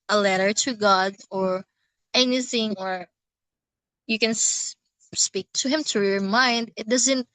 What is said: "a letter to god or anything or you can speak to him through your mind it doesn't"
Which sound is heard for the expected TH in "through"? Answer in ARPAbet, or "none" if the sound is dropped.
T